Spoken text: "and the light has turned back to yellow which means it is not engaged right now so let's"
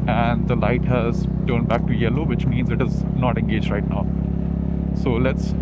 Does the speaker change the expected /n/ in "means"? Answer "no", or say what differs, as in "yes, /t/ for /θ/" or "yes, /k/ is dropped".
no